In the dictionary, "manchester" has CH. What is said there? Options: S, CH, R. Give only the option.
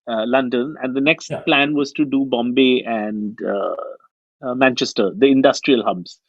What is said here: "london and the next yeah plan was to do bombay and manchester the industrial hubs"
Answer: CH